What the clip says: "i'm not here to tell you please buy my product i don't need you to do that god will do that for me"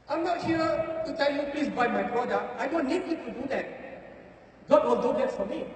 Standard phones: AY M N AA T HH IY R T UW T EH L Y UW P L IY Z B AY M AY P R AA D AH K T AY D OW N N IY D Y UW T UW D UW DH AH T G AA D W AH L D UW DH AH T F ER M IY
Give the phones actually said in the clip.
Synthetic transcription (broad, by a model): AY M N AA T HH IY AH T UW T EH L Y UW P L IY S B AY M AY B R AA D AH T AY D OW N N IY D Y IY T UW D UW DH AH T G AA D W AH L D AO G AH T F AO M IY